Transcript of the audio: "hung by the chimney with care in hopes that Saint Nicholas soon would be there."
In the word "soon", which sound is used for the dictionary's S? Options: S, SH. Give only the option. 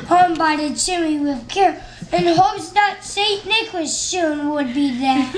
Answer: SH